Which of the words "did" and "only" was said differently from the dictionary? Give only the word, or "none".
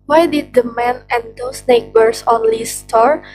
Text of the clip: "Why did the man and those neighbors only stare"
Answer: none